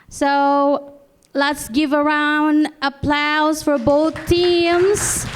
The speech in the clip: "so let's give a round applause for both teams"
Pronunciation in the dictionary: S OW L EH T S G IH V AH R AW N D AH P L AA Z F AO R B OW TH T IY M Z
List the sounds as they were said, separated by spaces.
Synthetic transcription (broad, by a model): S OW L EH T S G IH V AH R AW N D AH P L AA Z F AO R B OW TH T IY M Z